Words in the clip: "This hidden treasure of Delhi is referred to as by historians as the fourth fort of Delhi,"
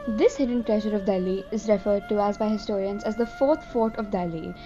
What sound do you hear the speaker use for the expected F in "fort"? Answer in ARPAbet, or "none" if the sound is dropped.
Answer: F